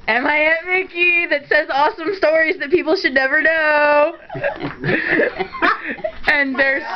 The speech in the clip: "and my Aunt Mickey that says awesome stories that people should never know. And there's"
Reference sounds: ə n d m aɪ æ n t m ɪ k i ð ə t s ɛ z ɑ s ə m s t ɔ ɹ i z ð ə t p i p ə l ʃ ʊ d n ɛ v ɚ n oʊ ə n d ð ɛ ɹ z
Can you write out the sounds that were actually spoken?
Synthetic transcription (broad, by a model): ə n m aɪ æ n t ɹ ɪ k i ð ə t s ɛ z ɑ s ə m s t ɔ ɹ i z ð ə t p i p l ʃ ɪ d n ɛ v ɚ n oʊ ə n ð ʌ ɹ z